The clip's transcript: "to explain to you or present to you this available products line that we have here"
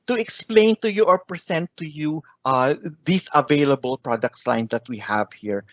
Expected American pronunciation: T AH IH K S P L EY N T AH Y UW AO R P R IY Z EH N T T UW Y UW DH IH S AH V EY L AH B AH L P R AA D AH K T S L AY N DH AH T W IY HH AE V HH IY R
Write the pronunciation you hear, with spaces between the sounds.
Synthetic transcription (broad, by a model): T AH IH K S P L EY N T AH Y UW AO R P R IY S EH N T T UW Y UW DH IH S AH V EY L AH B AH L P R AA D AH K T S L AY N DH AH T W IY HH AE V HH IY R